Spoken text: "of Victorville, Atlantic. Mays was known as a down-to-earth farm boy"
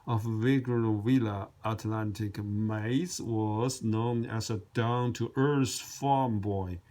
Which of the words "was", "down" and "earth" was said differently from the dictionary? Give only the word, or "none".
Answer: earth